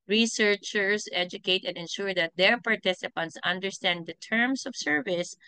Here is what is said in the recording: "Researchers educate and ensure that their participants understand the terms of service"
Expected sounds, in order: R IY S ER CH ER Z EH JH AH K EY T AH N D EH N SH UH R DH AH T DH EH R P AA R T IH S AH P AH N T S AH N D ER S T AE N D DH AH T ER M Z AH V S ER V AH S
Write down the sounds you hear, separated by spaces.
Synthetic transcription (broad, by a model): R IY S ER CH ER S EH JH AH K EY T AH N D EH N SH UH R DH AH T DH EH R P AA R T IH S AH P AH N T S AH N D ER S T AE N D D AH T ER M S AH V S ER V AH S